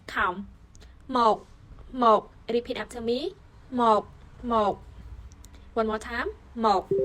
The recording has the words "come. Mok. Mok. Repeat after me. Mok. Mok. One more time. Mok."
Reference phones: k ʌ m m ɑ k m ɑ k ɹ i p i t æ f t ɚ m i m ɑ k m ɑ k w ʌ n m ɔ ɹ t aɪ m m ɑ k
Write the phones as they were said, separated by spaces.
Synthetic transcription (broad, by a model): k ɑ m m ɑ k m ɑ k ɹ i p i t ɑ p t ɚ m i m ɑ k m ɑ k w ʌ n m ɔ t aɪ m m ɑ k